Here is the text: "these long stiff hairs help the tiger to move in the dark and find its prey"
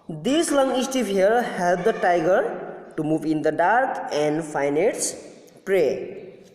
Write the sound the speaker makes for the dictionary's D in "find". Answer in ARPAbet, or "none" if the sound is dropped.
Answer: none